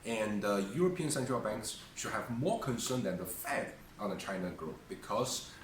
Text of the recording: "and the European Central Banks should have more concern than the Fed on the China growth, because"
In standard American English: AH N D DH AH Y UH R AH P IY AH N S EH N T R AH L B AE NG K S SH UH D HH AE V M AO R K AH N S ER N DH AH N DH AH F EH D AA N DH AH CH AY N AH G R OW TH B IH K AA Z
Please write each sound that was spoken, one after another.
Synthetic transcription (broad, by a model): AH N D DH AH Y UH R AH P IY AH N S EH N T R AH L B AE NG K S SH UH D HH AE V M AO R K AH N S ER N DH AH N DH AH F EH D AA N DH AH CH AY N AH G R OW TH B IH K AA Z